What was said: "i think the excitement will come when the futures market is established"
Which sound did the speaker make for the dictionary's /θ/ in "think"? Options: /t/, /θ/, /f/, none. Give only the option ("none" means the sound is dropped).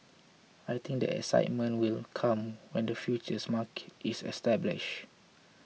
/t/